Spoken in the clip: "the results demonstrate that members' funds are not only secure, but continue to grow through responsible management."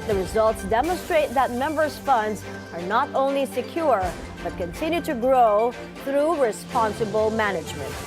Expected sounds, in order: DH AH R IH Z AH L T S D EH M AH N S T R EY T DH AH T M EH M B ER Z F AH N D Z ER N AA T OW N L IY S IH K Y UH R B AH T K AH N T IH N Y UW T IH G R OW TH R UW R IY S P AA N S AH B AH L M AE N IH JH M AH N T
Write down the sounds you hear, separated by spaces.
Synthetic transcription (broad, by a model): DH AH R IH Z AH L T S D EH M AH N S T R EY T DH AH T M EH M B ER Z F AH N D Z ER N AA T OW N L IY S IH K Y UH R B AH T K AH N T IH N Y UW T IH G R OW TH R UW R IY S P AA N S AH B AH L M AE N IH JH M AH N T